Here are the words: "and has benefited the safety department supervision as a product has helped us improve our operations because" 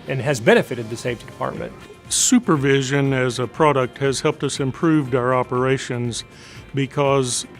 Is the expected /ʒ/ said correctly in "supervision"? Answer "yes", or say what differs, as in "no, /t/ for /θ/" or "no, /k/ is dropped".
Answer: yes